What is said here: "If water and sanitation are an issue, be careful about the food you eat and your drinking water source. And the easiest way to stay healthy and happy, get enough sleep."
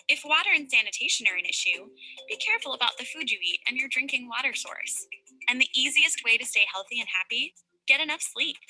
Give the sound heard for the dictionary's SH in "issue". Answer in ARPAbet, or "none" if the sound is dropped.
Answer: SH